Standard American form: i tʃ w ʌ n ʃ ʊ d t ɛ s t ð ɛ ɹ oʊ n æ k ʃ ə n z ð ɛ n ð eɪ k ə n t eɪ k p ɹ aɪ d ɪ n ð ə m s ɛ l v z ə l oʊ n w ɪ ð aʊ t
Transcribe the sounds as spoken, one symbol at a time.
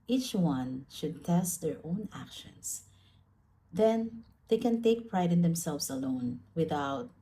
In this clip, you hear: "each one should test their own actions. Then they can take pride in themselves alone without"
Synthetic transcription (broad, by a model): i tʃ w ʌ n ʃ ʊ d t ɛ s t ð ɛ ɹ oʊ n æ k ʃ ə n s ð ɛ n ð eɪ k ə n t eɪ k p ɹ aɪ d ɪ n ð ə m s ɛ l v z ə l oʊ n w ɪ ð aʊ t